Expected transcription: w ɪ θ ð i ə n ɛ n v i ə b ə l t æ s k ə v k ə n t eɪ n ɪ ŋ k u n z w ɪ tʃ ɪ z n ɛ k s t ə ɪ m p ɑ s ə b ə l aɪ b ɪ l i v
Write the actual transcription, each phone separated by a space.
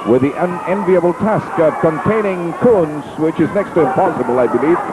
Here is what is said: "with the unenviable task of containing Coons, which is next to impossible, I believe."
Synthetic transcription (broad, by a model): w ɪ ð i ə n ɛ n v i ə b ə l t æ s k ə v k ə n t eɪ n ɪ ŋ k u n z w ɪ tʃ ɪ z n ɛ k s t ə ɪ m p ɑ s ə b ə l aɪ b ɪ l i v